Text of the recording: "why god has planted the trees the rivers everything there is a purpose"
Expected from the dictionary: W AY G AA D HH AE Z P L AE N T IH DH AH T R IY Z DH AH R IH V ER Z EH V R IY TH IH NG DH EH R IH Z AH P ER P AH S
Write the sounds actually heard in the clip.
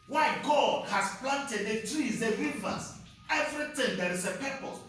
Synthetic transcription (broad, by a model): W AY G AA D HH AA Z P L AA N T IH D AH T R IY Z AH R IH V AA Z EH V R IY T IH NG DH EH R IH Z AH P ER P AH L